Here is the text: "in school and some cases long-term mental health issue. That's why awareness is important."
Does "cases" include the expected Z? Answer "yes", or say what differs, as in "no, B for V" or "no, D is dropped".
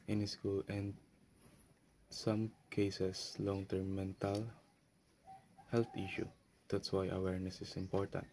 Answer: no, S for Z